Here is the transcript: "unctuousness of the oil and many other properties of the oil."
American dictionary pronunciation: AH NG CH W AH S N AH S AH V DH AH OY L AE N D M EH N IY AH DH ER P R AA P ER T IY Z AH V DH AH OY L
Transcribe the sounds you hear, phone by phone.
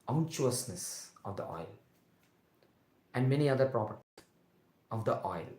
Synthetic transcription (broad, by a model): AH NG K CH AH S N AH S AH V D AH OY L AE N D M EH N IY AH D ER P R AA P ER T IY AH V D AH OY L